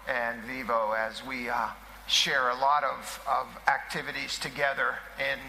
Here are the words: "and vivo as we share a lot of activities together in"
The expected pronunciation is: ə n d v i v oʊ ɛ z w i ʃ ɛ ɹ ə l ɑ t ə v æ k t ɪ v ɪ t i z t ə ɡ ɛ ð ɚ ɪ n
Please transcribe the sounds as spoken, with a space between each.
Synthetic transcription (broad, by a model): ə n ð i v oʊ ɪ z w i ʃ ɛ ɹ ə l ɑ t ə v æ k t ɪ v ɪ t i z t ə ɡ ɛ ð ɚ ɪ n